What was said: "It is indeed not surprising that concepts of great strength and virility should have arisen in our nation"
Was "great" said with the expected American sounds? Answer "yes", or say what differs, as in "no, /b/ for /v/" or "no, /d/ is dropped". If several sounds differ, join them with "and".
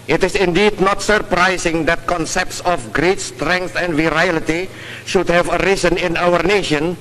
yes